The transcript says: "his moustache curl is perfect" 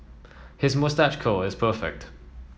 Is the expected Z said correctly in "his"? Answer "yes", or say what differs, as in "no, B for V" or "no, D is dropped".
yes